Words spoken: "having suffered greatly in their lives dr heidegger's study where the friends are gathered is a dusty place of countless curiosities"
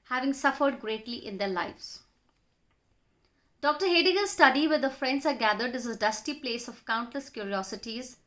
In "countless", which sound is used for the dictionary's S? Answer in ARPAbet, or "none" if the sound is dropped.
S